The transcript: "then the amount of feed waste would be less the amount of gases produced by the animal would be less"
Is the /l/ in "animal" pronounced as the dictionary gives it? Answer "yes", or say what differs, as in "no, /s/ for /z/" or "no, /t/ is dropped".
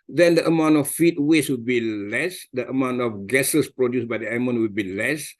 no, /n/ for /l/